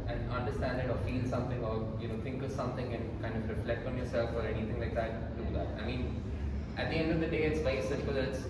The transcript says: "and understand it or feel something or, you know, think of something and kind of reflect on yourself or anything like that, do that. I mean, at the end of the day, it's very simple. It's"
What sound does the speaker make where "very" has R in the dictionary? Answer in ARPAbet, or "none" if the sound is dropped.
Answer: none